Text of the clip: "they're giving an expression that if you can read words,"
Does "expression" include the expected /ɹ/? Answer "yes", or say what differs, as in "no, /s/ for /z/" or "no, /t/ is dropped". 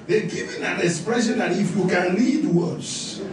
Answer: yes